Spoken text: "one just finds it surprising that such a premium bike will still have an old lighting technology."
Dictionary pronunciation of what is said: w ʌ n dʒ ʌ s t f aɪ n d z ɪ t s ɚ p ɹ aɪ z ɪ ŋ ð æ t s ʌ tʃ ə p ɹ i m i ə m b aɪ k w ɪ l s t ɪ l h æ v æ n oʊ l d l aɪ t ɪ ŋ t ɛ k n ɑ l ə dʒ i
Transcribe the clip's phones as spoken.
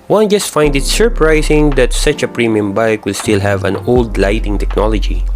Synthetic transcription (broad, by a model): w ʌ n dʒ ʌ s t f aɪ n d ɪ t s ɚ p ɹ aɪ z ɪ ŋ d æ t s ʌ tʃ ə p ɹ i m i ə m b aɪ k w ɪ l s t ɪ l h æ v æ n oʊ l d l aɪ t ɪ ŋ t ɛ k n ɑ l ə dʒ i